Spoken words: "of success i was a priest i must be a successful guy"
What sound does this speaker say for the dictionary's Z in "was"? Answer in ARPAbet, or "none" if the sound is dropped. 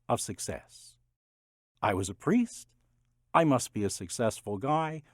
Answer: Z